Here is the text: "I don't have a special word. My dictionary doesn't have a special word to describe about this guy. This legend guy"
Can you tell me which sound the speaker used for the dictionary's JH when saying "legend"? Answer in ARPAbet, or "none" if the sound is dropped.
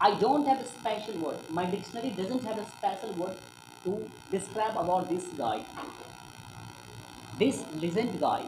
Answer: Z